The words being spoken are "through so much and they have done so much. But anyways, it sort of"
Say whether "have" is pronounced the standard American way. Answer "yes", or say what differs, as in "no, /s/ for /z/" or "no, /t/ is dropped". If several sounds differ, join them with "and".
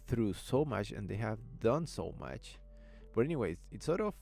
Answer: yes